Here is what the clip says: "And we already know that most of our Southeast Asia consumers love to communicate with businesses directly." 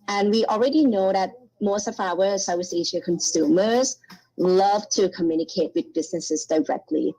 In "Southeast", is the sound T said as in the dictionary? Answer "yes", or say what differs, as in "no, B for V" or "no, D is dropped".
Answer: no, T is dropped